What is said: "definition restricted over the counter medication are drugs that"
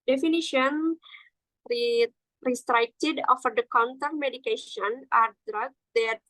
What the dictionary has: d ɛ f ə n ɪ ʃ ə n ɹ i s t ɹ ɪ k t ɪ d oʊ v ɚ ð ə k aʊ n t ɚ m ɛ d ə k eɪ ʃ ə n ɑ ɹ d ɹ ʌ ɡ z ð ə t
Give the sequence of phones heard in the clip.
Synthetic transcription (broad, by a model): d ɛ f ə n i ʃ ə n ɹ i s t ɹ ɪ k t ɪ d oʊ f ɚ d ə k aʊ n t ɚ m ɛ d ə k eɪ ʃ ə n ɑ ɹ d ɹ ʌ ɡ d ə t